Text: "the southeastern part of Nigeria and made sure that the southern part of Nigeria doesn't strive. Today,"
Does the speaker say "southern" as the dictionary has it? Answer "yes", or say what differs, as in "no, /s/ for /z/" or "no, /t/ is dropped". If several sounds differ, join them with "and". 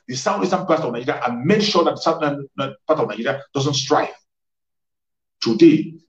no, /ð/ is dropped